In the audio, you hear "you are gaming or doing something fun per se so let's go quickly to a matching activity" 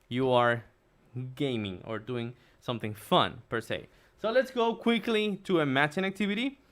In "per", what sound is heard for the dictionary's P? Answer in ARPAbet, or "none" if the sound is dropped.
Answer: P